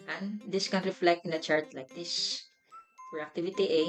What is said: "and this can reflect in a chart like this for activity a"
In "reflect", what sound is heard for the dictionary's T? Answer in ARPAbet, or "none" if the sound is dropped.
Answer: T